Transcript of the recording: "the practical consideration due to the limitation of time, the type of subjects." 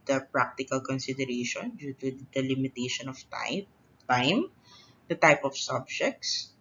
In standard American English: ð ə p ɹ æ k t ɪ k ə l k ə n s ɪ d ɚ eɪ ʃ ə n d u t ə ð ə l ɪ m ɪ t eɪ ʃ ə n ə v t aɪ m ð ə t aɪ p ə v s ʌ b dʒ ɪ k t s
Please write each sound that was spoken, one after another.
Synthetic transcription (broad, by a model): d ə p ɹ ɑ k t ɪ k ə l k ə n s ɪ d ɚ eɪ ʃ ə n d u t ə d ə l ɪ m ɪ t eɪ ʃ ə n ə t t aɪ m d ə t aɪ p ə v s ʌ b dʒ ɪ k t s